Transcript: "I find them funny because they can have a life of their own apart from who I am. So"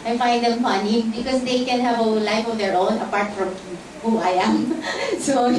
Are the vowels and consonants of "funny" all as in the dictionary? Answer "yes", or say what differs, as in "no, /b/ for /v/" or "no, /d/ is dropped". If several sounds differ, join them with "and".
yes